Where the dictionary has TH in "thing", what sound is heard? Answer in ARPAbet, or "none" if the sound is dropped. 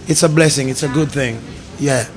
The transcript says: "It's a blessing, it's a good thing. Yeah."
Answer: TH